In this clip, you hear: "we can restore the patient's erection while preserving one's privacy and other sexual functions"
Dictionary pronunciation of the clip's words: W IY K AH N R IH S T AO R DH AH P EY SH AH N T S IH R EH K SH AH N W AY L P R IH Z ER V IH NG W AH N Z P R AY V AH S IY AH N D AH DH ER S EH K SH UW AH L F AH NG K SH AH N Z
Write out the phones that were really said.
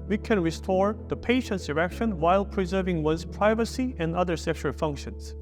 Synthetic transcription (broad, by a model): W IY K AH N R IH S T AO R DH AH P EY SH AH N T S IH R EH K SH AH N W AY L P R IH Z ER V IH NG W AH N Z P R AY V AH S IY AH N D AH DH ER S EH K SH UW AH L F AH NG K SH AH N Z